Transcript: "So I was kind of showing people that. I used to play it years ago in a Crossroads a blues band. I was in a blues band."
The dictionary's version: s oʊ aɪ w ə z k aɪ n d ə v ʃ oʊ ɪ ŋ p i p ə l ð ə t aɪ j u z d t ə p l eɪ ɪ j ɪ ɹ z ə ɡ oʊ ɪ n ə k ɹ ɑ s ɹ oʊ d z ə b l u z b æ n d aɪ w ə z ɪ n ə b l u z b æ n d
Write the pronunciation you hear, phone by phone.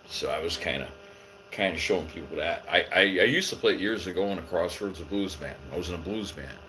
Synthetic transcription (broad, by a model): s oʊ aɪ w ə z k aɪ n d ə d ʃ oʊ ɪ ŋ p i p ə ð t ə t aɪ j u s t ə p l eɪ ɪ j ɪ ɹ z ə ɡ oʊ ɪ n ə k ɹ ɑ s oʊ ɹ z ə b l u z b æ n aɪ w ə z ɪ n ə b l u z b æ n